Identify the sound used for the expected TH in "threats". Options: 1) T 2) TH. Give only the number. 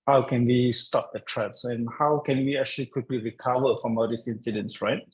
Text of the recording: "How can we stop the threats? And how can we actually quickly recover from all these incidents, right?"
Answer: 1